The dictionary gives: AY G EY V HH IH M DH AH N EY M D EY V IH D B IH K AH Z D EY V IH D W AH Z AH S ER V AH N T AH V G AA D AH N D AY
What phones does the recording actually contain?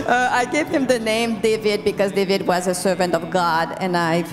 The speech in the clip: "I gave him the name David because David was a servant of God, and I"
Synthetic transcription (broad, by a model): AY G EY V HH IH M DH AH N EY M D EY V IH D B IH K AH Z D EY V IH D W AH Z AH S ER V AH N T AH V G AA D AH N AY